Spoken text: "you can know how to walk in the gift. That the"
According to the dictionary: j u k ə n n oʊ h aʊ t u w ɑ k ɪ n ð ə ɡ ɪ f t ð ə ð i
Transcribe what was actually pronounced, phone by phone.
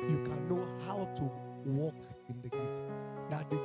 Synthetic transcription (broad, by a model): j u k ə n n oʊ h aʊ t u w ɑ k ɪ n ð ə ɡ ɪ t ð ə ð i